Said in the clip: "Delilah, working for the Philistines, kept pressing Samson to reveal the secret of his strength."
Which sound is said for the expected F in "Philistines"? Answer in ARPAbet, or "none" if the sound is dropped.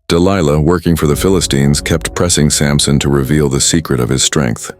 F